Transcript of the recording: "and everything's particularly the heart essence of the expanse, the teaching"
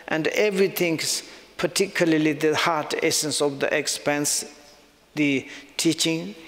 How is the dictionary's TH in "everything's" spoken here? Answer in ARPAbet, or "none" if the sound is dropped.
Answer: T